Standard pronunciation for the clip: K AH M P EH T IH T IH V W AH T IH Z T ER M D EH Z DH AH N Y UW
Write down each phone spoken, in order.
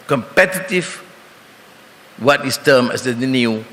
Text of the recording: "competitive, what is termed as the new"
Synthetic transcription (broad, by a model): K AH M P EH T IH T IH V W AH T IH S T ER M EH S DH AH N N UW